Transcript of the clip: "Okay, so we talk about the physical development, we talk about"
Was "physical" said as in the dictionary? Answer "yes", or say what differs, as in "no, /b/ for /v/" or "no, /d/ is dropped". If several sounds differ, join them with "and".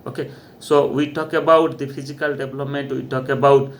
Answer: no, /p/ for /f/